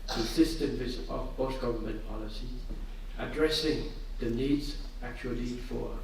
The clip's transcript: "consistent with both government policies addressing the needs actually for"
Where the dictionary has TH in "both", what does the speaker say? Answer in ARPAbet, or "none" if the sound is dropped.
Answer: S